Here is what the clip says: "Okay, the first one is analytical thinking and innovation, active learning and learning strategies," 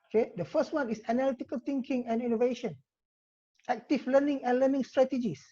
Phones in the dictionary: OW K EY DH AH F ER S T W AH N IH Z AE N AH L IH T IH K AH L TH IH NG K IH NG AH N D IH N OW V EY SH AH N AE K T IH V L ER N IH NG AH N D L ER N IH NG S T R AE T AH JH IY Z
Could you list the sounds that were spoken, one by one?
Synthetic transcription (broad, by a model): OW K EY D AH F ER S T W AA N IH S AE N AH L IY T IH K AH L T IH NG K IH NG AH N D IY N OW V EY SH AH N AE K T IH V L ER N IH NG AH N L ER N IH NG S T R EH T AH JH IY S